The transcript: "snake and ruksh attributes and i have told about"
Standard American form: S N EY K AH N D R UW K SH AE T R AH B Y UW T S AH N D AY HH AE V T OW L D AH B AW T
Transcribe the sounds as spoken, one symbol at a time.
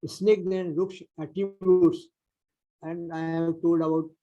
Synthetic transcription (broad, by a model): S N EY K AH N D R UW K S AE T AH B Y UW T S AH N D AY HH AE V T OW L D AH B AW T